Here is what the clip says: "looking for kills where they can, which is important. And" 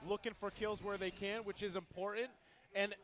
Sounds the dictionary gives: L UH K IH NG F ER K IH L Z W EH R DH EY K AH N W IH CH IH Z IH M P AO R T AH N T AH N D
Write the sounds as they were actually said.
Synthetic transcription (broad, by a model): L UH K IH NG F ER K IH L Z W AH R DH EY K AH N W IH CH IH Z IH M P AO R T N T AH N